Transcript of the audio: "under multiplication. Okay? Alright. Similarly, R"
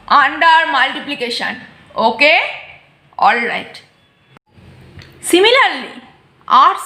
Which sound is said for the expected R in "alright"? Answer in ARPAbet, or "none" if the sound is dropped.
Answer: R